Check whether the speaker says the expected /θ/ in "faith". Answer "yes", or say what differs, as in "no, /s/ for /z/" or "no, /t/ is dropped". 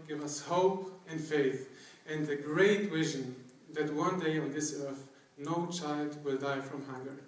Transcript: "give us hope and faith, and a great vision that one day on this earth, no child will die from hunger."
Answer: yes